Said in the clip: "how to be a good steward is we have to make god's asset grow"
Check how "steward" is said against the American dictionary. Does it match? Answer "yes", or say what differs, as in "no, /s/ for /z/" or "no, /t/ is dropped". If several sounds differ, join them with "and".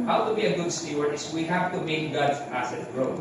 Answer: no, /d/ is dropped